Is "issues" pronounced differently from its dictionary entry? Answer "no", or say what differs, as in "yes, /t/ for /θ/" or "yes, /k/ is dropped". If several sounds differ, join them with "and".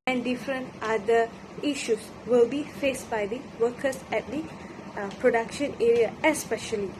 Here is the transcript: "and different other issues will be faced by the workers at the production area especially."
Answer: yes, /s/ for /z/